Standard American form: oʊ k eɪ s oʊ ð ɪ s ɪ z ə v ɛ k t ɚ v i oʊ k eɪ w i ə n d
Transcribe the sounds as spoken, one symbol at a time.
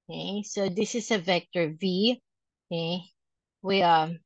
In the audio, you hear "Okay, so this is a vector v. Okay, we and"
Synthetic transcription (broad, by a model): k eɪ s oʊ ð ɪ s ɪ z ə v ɛ k t ɚ v i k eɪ w i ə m